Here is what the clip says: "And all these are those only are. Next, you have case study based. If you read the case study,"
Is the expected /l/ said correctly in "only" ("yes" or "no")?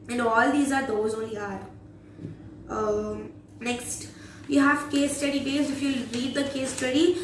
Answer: no